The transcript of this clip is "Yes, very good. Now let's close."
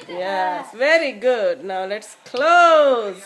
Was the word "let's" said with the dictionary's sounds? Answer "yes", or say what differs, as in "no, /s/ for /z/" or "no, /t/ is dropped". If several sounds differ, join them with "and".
yes